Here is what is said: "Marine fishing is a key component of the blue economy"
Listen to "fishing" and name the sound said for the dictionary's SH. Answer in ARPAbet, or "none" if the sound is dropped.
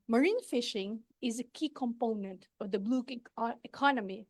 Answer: SH